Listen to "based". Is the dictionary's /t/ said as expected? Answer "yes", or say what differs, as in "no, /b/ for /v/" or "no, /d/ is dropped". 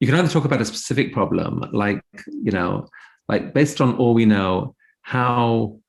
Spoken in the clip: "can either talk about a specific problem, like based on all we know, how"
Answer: yes